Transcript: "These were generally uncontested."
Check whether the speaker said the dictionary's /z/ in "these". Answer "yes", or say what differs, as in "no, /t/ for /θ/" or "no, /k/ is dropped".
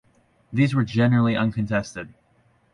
yes